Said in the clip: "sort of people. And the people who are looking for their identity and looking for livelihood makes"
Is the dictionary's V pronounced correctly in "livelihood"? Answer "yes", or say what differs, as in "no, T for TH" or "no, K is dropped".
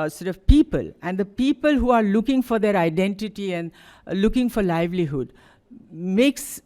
yes